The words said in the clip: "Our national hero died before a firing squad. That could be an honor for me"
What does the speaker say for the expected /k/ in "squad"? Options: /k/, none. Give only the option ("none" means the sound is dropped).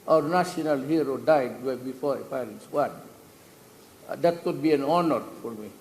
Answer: none